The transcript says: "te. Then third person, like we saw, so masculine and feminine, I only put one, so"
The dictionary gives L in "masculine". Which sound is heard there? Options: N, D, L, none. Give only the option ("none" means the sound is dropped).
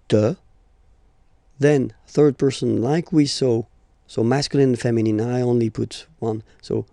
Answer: none